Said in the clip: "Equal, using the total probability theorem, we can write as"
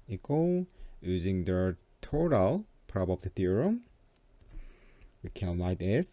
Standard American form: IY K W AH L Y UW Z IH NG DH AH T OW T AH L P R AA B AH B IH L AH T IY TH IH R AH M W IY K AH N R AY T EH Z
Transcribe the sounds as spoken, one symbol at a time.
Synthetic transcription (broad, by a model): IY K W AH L Y UW Z IH NG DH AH T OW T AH L P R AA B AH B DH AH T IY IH R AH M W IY K AH N L AY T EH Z